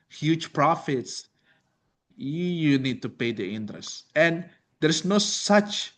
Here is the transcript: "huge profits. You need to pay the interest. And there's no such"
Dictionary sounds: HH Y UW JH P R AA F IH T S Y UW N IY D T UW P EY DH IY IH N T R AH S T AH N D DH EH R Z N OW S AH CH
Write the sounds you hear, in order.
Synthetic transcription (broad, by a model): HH Y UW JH P R AA F IH T S Y UW N IY D T UW P EY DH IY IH N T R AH S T AH N D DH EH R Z N OW S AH CH